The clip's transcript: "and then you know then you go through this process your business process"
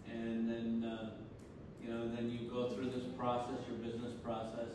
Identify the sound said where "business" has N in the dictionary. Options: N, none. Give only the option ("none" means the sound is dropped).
N